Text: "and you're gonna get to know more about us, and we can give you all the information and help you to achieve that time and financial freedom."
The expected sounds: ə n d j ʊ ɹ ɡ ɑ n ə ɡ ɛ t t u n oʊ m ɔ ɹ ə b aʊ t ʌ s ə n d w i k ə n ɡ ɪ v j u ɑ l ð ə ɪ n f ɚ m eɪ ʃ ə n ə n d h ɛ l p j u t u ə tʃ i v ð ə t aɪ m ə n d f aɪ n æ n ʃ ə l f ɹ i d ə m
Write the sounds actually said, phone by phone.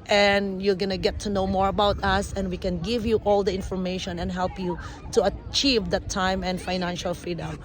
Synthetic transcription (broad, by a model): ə n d j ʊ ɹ ɡ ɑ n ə ɡ ɛ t t u n oʊ m ɔ ɹ ə b aʊ t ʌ s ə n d w i k ə n ɡ ɪ v j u ɑ l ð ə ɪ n f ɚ m eɪ ʃ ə n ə n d h ɛ l p j u t u ə tʃ i v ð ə t aɪ m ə n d f aɪ n æ n ʃ ə l f ɹ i d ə m